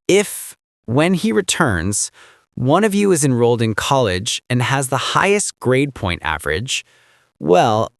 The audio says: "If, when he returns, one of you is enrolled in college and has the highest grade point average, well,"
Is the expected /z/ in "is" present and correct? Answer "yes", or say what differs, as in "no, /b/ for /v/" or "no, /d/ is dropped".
yes